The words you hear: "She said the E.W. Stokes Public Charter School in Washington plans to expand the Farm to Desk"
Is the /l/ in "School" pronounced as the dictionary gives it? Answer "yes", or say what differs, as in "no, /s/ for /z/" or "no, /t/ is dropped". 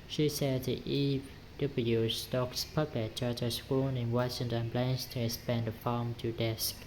no, /n/ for /l/